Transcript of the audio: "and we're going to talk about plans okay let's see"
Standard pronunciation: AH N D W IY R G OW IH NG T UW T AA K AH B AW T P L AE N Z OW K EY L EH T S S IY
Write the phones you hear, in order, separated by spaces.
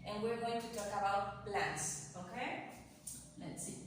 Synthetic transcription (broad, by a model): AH N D W IY R G OW IH NG T UW T AA K AH B AW T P L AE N S OW K EY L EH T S S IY